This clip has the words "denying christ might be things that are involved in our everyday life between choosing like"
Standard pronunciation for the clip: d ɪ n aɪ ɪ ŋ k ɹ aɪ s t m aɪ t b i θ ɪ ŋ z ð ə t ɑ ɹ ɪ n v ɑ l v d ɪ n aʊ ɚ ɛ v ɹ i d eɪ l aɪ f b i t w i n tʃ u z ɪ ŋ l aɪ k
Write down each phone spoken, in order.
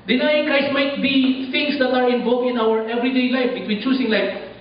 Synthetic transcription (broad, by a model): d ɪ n aɪ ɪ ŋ k ɹ aɪ s t m aɪ t b i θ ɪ ŋ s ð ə t ɑ ɹ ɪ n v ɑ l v ɪ n aʊ ɚ ɛ v ɹ i d eɪ l aɪ f b i t w i n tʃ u s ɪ ŋ l aɪ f